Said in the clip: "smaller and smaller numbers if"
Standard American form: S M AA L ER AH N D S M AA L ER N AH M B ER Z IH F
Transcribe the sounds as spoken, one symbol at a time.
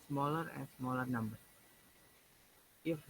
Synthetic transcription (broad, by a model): S M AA L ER AH N D S M AA L ER N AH M B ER IH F